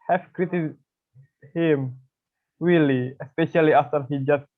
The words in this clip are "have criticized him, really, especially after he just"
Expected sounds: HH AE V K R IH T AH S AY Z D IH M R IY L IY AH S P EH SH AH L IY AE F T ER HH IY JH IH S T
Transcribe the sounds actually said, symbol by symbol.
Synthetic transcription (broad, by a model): HH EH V K R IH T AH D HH IH M W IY L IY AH S P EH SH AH L IY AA F T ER HH IY JH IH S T